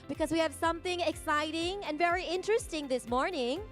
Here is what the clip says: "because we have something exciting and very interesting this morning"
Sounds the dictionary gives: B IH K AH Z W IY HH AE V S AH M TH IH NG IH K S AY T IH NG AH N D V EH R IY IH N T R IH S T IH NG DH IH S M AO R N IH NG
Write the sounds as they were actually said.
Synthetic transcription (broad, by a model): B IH K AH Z W IY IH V S AH M TH IH NG IH K S AY T IH NG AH N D V EH R IY IH N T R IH S T IH NG DH IH S M AO R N IH NG